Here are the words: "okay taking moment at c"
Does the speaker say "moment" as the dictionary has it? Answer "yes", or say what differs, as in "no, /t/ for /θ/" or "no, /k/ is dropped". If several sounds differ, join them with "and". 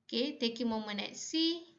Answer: no, /t/ is dropped